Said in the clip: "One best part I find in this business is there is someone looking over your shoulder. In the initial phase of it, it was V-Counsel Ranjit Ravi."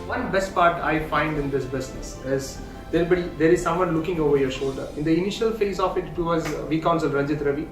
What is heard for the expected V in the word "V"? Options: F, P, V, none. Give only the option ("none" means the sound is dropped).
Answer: V